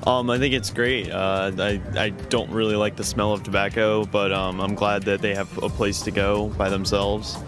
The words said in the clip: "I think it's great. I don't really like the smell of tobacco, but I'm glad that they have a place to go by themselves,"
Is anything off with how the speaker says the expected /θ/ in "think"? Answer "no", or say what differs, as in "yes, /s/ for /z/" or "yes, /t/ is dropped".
no